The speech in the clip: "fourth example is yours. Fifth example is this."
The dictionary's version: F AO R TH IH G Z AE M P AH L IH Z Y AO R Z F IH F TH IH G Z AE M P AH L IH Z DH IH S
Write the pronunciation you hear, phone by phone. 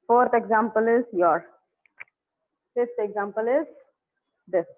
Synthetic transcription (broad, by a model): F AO R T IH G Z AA M P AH L IH Z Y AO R F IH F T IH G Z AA M P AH L IH Z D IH S